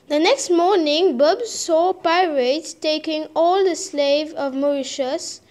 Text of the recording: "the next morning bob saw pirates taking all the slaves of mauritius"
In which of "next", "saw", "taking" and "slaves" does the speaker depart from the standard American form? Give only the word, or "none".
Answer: slaves